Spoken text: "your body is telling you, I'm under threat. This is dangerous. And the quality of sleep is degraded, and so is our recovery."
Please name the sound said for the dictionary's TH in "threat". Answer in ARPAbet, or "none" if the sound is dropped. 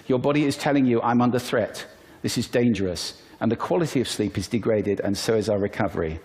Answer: TH